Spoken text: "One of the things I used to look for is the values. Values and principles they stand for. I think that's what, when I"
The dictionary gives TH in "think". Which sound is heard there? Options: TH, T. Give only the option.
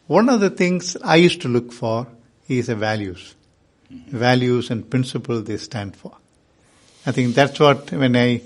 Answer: T